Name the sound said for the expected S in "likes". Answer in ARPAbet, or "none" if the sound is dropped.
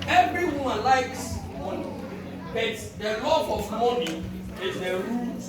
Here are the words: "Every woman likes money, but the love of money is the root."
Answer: S